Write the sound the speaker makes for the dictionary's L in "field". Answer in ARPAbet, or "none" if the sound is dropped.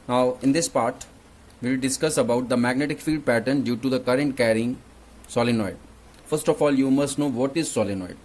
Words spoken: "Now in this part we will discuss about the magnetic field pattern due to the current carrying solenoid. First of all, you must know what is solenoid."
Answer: L